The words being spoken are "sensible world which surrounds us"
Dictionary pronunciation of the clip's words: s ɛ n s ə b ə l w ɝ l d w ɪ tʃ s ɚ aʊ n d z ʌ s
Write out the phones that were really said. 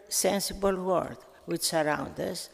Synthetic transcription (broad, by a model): s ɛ n s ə b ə l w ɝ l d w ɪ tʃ s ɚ aʊ n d ʌ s